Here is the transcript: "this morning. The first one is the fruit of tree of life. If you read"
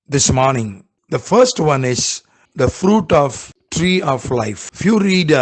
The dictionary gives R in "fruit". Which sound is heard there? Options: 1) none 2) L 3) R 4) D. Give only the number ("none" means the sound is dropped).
3